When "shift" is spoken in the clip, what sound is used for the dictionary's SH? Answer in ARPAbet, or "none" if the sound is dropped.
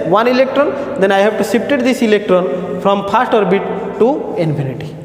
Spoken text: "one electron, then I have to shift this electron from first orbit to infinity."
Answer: S